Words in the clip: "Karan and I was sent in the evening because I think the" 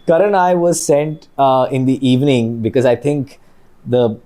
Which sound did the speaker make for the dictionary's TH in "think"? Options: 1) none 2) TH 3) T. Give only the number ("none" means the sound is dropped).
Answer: 3